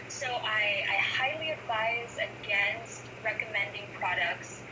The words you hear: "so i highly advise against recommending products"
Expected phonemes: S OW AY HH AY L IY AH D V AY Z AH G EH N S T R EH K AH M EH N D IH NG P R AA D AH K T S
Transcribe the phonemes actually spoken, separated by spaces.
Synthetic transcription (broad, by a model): S OW AY HH AY L IY AH D V AY Z AH G EH N S T R EH K AH M EH N D IH NG P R AA D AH K T S